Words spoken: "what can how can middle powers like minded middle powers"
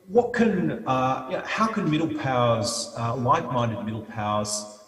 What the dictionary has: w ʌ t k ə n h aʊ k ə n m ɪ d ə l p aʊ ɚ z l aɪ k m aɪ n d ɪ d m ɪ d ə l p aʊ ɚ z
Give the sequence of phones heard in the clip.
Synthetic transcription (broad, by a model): w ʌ t k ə n h aʊ k ə n m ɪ d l p aʊ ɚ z w aɪ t m aɪ n d ɪ d m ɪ d l p aʊ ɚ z